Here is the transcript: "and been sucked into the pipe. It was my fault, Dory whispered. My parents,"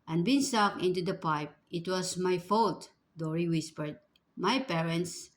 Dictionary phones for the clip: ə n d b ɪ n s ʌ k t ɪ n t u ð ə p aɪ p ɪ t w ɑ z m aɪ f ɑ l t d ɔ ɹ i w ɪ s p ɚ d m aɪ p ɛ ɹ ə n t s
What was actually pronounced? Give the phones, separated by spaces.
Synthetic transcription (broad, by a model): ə n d b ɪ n s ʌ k ɪ n t u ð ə p aɪ p ɪ t w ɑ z m aɪ f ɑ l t d ɔ ɹ i w ɪ s p ɚ d m aɪ p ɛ ɹ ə n t s